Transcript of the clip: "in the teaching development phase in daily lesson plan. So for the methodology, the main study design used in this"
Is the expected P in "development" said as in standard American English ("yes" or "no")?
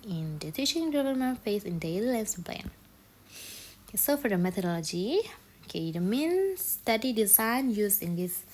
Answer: no